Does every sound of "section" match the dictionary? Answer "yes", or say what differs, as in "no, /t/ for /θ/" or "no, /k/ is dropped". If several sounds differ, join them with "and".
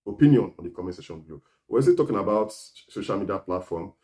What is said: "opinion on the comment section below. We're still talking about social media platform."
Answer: no, /k/ is dropped